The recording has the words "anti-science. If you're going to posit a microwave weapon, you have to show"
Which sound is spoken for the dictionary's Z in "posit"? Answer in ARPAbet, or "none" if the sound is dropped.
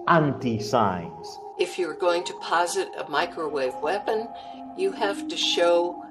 Z